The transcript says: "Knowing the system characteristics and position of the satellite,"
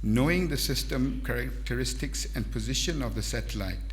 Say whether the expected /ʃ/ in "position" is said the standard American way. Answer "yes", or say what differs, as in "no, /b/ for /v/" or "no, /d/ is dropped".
yes